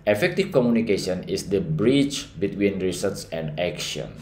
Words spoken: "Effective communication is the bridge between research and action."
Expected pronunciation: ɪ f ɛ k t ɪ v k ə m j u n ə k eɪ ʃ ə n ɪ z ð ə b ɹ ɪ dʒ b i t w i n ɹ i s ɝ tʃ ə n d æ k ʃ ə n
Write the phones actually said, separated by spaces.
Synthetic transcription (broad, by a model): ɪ f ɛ k t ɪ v k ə m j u n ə k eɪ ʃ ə n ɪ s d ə b ɹ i tʃ b i t w i n ɹ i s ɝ s ə n d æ k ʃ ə n